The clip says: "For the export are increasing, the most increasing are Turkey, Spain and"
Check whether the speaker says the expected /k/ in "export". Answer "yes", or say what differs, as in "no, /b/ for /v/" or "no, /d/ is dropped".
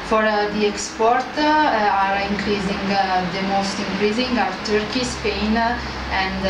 yes